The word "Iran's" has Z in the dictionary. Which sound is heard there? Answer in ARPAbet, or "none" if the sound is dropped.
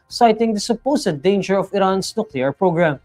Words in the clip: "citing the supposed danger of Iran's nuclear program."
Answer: S